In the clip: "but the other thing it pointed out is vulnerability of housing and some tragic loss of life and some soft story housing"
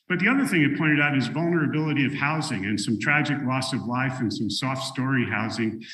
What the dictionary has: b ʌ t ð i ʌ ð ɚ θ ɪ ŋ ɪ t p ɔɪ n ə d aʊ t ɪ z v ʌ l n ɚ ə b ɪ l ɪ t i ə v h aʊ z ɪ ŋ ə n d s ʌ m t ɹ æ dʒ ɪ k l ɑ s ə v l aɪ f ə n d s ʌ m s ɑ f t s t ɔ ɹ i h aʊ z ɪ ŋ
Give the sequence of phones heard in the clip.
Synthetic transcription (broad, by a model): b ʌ t ð i ʌ ð ɚ θ ɪ ŋ ɪ t p ɔɪ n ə d aʊ t ɪ z v ʌ l n ɚ ə b ɪ l ɪ t i ə v h aʊ z ɪ ŋ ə n s ʌ m t ɹ æ dʒ ɪ k l ɑ s ə v l aɪ f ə n s ʌ m s ɑ f t s t ɔ ɹ i h aʊ z ɪ ŋ